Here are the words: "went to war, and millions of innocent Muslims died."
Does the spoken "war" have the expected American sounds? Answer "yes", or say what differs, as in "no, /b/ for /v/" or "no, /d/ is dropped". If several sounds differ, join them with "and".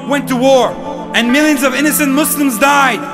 yes